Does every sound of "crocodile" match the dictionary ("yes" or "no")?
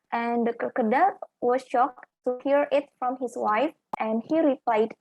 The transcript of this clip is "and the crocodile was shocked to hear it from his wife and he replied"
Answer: no